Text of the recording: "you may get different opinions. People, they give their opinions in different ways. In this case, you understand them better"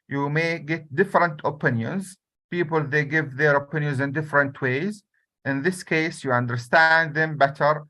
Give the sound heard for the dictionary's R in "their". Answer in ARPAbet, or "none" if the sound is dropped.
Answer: R